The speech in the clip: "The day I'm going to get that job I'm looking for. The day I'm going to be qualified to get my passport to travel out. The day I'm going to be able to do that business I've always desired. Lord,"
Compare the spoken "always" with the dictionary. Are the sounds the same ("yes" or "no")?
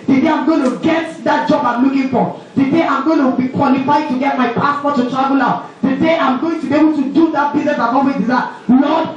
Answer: no